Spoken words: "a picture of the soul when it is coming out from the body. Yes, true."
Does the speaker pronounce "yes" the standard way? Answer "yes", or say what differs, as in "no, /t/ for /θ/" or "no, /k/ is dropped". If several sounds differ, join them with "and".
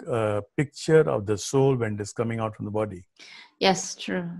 yes